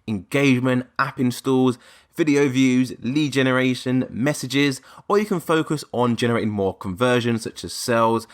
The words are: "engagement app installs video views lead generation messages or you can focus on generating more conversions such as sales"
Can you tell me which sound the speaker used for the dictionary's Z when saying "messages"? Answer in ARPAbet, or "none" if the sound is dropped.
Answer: Z